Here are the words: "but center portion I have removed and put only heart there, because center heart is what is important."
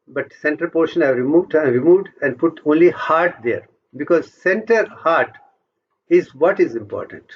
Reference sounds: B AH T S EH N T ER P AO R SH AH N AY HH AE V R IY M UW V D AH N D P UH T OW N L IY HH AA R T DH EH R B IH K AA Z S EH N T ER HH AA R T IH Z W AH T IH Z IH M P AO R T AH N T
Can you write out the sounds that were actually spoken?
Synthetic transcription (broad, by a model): B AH T S EH N T ER P AO R SH AH N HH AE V R IY M UW V D AH N D P UH T OW N L IY HH AA R T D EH R B IH K AA Z S EH N T ER HH AA R T IH Z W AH T IH Z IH M P AO R T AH N T